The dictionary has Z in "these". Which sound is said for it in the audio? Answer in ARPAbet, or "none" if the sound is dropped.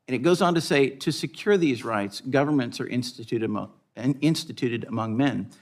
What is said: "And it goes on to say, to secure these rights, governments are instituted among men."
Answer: Z